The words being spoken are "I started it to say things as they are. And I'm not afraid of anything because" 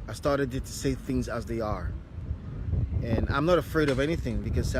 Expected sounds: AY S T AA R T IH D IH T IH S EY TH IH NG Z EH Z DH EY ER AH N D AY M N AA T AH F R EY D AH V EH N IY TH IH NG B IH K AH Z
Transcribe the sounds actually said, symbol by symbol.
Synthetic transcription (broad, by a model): AY S T AA R T IH D IH T IH S EY TH IH NG Z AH Z DH EY ER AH N AY M N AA T AH F R EY D AH V EH N IY TH IH NG B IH K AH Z